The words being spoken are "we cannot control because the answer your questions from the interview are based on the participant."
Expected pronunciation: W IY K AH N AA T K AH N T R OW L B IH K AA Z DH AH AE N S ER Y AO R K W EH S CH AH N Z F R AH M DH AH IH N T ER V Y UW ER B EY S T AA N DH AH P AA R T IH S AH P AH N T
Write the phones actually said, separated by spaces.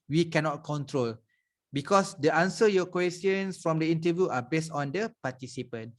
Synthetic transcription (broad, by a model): W IY K AH N AA T K AH N T R OW L B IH K AA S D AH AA N S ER Y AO K W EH S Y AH N S F R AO M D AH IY N T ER V Y UW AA B EY S T AA N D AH P AA T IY S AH P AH N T